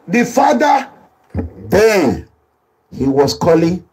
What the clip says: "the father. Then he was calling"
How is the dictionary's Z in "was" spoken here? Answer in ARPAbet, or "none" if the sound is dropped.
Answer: S